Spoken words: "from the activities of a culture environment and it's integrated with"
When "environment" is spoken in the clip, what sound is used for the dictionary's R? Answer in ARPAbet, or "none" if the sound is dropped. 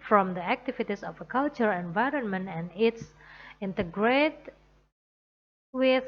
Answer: R